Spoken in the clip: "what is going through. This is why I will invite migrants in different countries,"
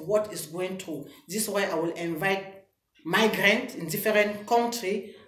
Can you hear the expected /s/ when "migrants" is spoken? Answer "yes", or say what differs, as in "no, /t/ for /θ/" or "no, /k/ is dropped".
no, /s/ is dropped